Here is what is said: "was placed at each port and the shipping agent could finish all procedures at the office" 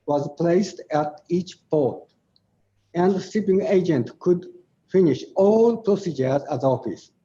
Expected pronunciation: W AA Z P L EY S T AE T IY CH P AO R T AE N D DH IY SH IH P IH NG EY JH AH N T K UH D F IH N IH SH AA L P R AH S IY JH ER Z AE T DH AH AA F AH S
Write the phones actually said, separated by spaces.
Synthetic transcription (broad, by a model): W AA Z P L EY S T AE T IY CH P AO R T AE N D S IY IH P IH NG EY JH AH N T K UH D F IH N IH SH AA L P R AH S IY JH ER Z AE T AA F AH S